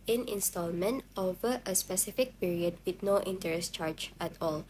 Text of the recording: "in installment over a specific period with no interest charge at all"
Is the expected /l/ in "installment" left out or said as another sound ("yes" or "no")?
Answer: no